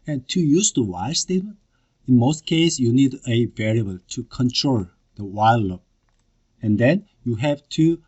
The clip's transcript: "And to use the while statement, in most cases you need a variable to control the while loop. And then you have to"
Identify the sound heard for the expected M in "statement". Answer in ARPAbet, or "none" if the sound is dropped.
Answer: none